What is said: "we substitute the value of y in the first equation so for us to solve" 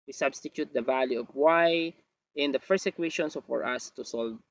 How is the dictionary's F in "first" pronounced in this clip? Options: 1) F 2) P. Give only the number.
2